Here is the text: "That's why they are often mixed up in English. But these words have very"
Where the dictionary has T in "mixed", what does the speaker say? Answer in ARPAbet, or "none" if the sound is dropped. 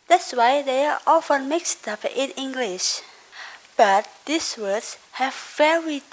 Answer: T